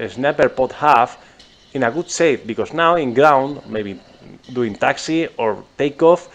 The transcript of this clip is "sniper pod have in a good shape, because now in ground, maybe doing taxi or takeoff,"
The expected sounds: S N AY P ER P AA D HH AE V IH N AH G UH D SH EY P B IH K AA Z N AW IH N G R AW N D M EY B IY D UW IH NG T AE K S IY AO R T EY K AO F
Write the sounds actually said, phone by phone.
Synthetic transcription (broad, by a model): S N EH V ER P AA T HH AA F IH N AH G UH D S EY F B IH K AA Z N AW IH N G R AW N D M EY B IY D UW IH NG T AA K S IY AO R T EY K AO F